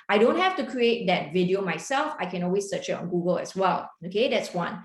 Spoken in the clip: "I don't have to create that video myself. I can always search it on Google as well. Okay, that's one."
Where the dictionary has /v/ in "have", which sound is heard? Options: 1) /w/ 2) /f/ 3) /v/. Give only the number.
2